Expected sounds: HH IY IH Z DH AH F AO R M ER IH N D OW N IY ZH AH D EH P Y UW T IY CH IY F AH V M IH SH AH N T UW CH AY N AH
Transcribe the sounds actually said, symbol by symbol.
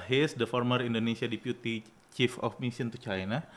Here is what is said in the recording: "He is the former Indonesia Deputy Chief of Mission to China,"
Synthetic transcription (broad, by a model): HH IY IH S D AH F AO R M ER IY N D OW N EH S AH D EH P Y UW T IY CH IY F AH F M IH S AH N T UW CH AY N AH